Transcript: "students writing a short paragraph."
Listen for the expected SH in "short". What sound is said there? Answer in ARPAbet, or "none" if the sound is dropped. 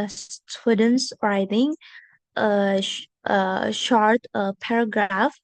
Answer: SH